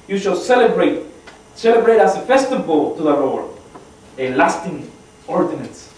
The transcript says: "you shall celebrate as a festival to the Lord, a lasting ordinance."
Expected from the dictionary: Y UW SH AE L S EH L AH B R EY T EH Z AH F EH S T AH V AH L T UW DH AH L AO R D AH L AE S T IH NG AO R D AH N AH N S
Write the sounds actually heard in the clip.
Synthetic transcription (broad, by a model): Y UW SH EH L S EH L AH B R EY T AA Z AH F EH S T AH V AH L T UW DH AH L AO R AH L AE S T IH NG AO R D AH N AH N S